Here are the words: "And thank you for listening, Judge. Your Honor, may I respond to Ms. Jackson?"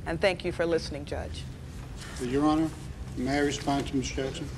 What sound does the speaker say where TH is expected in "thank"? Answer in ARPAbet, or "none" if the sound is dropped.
TH